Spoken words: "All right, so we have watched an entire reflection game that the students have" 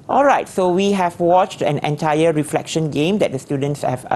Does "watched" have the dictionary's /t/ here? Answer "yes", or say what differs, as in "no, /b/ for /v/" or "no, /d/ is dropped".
yes